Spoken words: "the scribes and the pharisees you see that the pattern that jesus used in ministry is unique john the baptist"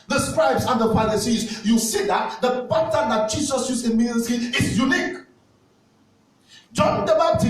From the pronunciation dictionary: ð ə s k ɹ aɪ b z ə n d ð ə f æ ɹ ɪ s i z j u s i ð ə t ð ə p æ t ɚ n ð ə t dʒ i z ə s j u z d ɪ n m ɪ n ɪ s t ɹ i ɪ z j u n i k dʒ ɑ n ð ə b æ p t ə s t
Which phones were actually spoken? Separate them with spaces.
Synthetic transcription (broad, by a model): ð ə s k ɹ aɪ b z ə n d ð ə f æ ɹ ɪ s i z j u s i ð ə t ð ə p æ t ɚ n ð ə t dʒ i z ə s j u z ɪ n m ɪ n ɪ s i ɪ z j u n i k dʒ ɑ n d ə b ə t